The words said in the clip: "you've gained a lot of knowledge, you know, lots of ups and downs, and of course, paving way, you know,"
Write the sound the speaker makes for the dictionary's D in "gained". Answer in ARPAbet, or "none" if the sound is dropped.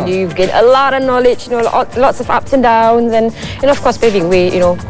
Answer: none